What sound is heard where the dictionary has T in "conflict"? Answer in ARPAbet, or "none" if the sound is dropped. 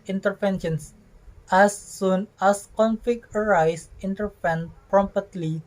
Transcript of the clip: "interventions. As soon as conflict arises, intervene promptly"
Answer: none